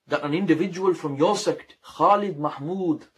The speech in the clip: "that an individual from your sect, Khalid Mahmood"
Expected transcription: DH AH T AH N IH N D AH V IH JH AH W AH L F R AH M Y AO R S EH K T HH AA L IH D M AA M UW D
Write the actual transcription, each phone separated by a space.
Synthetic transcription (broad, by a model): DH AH T AH N IH N D AH V IH JH AH W AH L F R AH M Y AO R S EH K T HH AA L IH D M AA M UW D